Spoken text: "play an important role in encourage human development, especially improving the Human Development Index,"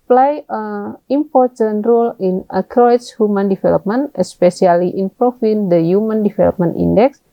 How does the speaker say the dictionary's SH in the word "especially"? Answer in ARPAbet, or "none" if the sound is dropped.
S